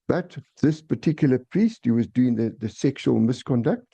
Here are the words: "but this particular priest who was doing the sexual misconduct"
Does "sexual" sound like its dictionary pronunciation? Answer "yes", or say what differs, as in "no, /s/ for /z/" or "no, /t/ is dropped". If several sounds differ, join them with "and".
yes